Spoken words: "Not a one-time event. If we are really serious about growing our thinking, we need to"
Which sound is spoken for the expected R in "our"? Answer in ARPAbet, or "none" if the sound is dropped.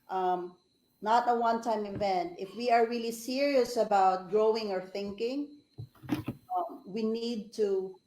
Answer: R